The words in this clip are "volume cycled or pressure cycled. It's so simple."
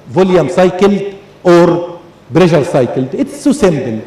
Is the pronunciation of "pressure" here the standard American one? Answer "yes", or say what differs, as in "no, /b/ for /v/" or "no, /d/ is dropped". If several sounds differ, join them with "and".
no, /b/ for /p/